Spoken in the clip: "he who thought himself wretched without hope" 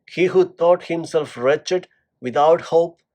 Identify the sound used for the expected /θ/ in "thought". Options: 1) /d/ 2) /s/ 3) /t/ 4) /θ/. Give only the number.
3